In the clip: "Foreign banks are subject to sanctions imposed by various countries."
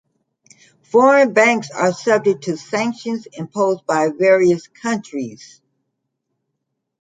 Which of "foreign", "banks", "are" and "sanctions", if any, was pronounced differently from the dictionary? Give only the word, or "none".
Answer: none